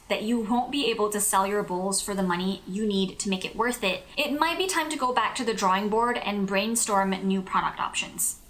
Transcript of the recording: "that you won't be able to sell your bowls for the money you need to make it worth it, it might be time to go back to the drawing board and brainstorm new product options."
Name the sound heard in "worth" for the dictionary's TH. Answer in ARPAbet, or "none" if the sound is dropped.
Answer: TH